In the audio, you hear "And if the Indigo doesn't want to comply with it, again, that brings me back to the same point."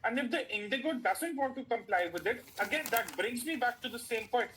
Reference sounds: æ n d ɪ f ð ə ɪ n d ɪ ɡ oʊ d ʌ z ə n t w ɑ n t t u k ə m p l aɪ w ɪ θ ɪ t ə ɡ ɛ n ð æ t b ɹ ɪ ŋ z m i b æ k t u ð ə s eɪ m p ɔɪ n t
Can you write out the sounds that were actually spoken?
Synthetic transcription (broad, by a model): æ n d ɪ f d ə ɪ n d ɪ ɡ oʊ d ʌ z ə n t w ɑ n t t u k ə m p l aɪ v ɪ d ɪ t ə ɡ ɛ n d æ t b ɹ ɪ ŋ z m i b æ k t u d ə s eɪ m p ɔɪ n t